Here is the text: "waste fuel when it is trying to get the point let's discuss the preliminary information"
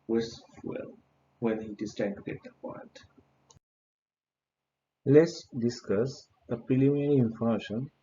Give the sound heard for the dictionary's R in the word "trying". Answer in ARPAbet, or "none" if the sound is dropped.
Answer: none